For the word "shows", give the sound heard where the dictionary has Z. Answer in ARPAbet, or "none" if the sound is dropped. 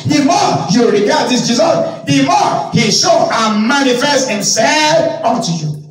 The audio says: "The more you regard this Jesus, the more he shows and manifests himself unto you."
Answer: none